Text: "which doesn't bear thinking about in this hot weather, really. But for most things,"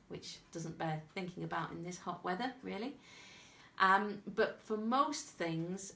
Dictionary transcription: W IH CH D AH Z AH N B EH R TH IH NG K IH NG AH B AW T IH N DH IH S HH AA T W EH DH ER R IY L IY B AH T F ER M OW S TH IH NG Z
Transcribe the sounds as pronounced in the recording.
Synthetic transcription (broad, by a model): W IH CH D AH Z AH N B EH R TH IH NG K IH NG AH B AW T IH N DH IH S HH AA T W EH DH ER L IY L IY B AH T F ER M OW S TH IH NG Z